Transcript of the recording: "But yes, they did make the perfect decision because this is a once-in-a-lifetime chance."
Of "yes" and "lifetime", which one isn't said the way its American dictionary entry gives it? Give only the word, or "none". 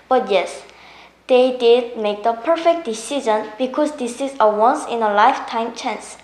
none